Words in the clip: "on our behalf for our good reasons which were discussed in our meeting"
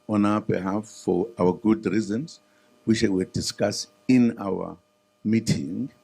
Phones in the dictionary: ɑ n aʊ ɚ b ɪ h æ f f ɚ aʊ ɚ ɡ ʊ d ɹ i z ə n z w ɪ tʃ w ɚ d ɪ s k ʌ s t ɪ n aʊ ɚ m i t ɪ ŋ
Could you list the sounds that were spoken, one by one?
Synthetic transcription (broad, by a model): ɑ n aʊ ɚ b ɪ h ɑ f f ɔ aʊ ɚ ɡ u d ɹ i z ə n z w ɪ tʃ w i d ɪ s k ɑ s ɪ n aʊ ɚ m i t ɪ ŋ